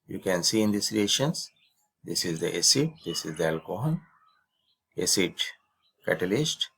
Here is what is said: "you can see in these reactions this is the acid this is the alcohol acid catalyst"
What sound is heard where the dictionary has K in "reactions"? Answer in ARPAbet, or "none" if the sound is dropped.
none